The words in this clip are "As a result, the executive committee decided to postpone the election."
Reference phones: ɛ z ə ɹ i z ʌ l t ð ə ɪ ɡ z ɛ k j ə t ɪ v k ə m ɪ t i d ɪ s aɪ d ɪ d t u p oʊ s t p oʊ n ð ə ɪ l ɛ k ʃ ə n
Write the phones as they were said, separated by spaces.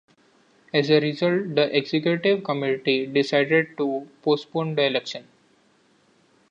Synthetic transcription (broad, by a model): ɛ z ə ɹ i z ʌ l t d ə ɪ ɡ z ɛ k j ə t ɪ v k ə m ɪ t i d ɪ s aɪ d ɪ d t u p oʊ s t p oʊ n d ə ɪ l ɛ k ʃ ə n